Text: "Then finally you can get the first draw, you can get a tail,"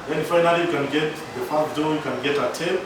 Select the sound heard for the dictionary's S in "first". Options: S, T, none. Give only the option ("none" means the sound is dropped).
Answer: none